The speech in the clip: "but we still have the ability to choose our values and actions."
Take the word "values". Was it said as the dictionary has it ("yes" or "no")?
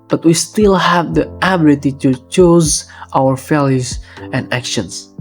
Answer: no